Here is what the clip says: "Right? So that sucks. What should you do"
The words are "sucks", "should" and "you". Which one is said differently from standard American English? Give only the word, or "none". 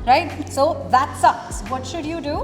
sucks